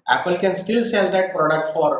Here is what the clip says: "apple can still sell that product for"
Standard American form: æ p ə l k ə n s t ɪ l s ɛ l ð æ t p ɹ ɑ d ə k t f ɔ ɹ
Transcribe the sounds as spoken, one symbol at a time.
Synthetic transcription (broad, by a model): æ p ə l k ə n s t ɪ l s ɛ l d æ t p ɹ ɑ d ə k t f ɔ ɹ